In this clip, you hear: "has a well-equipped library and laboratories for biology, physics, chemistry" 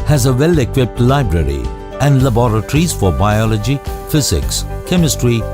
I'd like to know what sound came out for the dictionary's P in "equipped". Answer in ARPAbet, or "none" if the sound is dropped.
P